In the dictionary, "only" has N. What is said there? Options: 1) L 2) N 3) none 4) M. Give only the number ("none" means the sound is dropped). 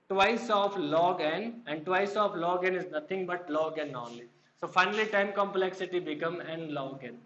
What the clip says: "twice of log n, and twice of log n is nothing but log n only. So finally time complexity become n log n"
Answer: 3